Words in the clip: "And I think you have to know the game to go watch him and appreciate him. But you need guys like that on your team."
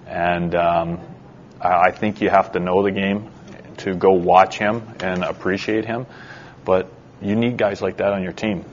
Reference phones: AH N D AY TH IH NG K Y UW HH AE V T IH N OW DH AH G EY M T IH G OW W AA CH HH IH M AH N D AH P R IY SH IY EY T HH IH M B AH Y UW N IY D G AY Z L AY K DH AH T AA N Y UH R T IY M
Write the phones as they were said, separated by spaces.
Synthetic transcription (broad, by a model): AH N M AY TH IH NG K Y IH HH AE F T IH N OW DH AH G EY M T IH G OW W AA CH HH IH M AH N AH P R IY SH IY EY T HH IH M B AH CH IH N IY D G AY Z L AY K DH AH T N Y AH R T IY M